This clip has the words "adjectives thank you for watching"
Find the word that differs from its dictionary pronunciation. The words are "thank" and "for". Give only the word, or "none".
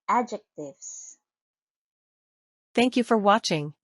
none